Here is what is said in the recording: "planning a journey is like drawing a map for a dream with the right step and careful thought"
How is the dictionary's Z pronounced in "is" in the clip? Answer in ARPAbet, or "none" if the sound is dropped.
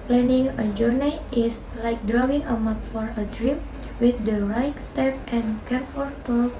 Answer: S